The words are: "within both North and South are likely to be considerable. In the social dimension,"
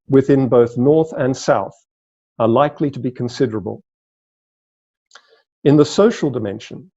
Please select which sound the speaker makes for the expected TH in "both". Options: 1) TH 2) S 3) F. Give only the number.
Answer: 1